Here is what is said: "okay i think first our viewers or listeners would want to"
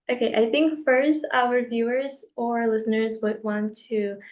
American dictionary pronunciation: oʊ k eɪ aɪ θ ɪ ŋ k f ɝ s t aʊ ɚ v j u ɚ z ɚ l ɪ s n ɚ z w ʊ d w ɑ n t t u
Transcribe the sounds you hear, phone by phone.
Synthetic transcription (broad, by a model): oʊ k eɪ aɪ θ ɪ ŋ k f ɝ s t aʊ ɚ v j u ɚ z ɚ l ɪ s n ɚ z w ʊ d w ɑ n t t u